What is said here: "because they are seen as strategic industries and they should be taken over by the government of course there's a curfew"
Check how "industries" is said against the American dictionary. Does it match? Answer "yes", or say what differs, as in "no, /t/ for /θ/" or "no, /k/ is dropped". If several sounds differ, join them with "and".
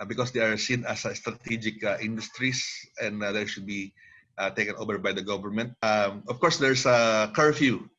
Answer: no, /s/ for /z/